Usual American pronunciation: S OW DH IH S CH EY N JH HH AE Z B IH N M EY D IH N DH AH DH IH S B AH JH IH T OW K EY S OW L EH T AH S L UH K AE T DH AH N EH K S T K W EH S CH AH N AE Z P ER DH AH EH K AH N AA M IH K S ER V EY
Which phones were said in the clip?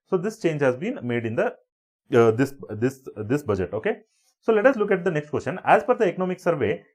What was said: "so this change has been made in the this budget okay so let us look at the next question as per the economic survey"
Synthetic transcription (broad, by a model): S OW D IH S CH EY N JH HH AE Z B IH N M EY D IH N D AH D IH S B AH JH IH T OW K EY S OW L EH T AH S L UH K AE T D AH N EH K S T K W EH S CH AH N AE Z F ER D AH EH K AH N AA M IH K S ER V EY